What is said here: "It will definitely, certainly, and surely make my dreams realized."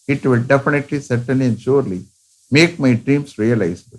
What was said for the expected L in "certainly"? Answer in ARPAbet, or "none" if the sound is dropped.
none